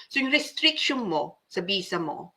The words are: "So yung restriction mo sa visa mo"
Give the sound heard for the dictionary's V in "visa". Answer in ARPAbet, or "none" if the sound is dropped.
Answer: B